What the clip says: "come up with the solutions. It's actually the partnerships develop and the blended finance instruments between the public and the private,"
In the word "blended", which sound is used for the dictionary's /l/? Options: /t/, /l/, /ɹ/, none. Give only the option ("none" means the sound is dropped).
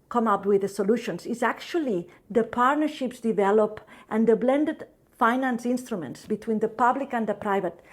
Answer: /l/